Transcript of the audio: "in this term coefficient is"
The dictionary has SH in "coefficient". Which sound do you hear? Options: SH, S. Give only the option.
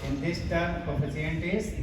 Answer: S